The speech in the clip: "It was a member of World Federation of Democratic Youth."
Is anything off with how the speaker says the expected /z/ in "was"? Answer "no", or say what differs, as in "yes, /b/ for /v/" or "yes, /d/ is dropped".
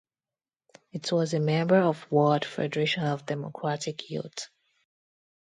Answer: no